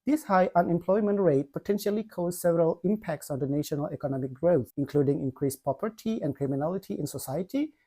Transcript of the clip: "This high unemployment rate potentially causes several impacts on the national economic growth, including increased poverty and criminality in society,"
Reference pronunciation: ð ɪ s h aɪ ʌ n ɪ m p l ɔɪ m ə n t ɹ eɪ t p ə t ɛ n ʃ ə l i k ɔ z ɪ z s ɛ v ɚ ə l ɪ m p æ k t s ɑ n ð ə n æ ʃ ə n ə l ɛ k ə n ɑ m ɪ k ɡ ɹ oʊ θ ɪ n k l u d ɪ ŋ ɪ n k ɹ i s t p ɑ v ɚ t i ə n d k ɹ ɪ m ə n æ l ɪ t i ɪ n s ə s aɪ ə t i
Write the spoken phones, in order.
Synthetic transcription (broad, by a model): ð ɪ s h aɪ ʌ n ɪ m p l ɔɪ m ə n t ɹ eɪ t p ə t ɛ n ʃ ə l i k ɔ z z s ɛ v ɚ ə l ɪ m p æ k t s ɑ n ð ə n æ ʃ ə n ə l ɛ k ə n ɑ m ɪ k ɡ ɹ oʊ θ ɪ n k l u d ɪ ŋ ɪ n k ɹ i s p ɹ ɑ p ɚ t i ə n k ɹ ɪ m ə n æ l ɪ t i ɪ n s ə s aɪ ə t i